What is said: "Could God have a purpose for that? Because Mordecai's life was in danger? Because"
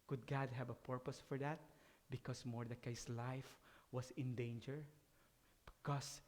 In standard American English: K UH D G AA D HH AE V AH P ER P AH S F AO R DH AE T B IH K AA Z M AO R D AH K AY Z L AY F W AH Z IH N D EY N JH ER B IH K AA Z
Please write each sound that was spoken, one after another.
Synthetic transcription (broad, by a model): K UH D G AA D HH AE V AH P ER P AH S F AO R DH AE T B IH K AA S M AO R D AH K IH S L AY F W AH S IH N D EY N JH ER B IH K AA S